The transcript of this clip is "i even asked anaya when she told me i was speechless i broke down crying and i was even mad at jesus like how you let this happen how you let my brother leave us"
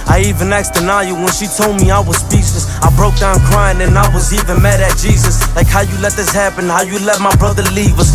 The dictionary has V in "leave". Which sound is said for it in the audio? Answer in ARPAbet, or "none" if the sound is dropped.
V